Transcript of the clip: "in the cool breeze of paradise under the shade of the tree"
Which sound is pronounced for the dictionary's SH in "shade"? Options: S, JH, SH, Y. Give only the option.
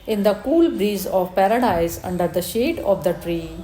SH